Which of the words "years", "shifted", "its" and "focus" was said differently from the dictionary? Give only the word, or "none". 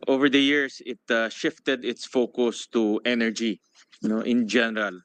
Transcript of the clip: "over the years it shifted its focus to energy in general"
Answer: years